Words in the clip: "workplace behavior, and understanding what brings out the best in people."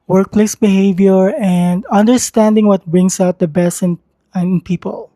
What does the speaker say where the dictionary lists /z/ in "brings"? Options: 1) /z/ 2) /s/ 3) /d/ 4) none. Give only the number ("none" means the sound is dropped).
2